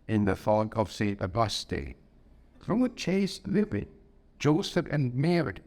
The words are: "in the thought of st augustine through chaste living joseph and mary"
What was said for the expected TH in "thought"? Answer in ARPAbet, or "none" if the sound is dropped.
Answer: F